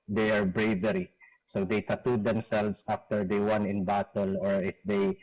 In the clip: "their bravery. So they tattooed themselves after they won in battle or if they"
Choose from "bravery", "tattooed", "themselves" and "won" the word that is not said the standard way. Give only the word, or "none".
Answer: themselves